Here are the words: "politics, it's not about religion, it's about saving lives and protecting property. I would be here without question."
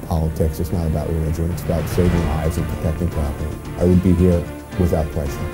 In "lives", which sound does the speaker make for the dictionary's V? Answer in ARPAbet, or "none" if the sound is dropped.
none